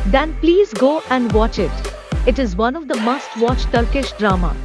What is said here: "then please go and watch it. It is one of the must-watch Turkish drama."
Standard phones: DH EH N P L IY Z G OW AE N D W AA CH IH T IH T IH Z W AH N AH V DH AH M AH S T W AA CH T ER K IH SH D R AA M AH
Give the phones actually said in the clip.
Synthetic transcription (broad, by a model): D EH N P L IY Z G OW AE N D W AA CH IH T IH T IH Z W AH N AH V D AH M AH S T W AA CH T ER K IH SH D R AA M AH